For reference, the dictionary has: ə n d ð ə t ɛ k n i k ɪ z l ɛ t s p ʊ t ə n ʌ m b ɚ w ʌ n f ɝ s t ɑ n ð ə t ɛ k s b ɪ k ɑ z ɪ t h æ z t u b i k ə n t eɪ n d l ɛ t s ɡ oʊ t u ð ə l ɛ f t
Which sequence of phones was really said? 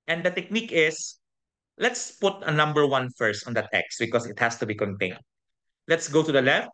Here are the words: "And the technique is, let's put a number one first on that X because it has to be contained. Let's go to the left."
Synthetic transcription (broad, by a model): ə n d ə t ɛ k n i k ɪ s l ɛ t s p ʊ t ə n ʌ m b ɚ w ʌ n f ɝ s t ɑ n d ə t ɛ k s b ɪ k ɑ s ɪ t h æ s t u b i k ə n t eɪ n d l ɛ t s ɡ oʊ t u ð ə l ɛ f t